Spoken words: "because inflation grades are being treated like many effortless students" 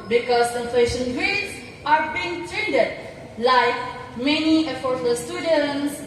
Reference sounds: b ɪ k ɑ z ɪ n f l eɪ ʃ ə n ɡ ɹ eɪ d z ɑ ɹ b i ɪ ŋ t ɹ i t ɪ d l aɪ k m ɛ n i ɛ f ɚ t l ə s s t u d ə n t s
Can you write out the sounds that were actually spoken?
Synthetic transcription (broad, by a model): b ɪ k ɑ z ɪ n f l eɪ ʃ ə n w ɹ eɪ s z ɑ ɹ b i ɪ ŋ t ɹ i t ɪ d l aɪ k m ɛ n i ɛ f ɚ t ə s s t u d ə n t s